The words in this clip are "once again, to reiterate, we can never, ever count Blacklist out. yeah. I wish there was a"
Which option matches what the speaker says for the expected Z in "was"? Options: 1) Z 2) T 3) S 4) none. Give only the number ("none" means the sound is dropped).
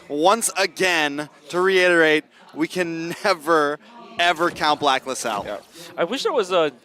1